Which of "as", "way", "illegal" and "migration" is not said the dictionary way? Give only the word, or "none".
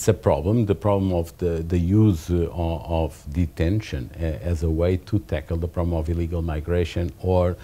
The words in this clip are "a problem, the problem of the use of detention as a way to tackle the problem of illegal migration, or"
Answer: none